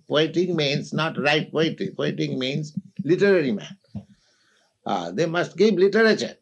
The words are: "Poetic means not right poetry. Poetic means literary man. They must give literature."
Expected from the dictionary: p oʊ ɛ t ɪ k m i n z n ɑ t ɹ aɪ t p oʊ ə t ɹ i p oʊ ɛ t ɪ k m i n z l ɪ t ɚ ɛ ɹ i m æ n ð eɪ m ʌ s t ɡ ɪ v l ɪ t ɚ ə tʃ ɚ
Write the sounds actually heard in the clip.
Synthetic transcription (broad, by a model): p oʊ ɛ t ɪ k m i n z n ɑ t ɹ aɪ t p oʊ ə t i p oʊ ɛ t ɪ k m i n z l ɪ t ɚ ɛ ɹ i m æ n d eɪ m ʌ s t ɡ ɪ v l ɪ t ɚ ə tʃ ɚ